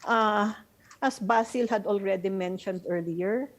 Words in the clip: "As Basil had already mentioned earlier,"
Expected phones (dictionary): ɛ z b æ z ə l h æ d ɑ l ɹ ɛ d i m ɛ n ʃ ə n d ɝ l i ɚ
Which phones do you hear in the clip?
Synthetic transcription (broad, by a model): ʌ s b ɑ s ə l h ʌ d ɑ l ɹ ɛ d i m ɛ n ʃ ə n d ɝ l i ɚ